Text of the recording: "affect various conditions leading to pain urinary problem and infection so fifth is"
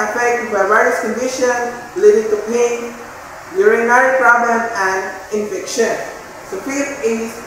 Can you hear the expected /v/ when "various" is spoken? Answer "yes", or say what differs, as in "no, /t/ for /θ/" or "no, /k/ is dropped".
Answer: no, /b/ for /v/